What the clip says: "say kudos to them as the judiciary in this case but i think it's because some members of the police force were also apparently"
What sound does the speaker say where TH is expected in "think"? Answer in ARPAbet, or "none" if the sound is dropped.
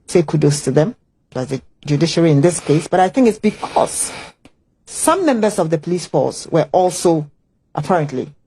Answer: TH